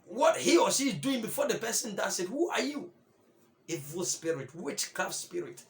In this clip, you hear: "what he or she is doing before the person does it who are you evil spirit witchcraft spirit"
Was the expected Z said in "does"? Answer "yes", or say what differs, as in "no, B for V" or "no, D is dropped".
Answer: no, S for Z